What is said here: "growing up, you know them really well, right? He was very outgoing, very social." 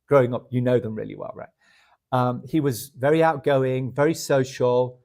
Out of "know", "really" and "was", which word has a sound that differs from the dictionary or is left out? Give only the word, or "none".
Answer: none